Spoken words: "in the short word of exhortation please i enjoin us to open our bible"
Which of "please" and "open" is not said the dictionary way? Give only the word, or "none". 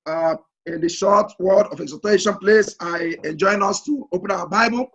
please